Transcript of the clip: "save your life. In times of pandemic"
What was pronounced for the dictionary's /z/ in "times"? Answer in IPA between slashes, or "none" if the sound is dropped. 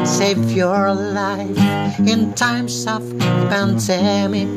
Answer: /s/